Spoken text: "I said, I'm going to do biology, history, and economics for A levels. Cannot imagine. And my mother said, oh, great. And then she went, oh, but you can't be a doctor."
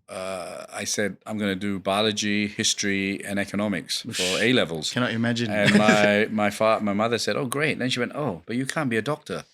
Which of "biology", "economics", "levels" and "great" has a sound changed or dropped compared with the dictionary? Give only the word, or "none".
none